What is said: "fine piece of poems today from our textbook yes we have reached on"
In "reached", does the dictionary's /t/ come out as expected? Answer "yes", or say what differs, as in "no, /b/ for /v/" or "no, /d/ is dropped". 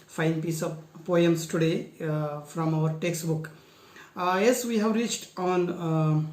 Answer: yes